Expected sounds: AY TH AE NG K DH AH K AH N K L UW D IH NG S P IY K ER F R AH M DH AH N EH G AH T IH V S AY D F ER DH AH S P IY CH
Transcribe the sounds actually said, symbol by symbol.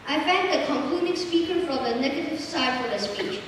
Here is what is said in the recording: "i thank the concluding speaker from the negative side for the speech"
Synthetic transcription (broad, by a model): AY F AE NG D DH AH K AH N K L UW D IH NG S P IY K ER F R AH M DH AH N EH G AH T IH V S AY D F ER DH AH S P IY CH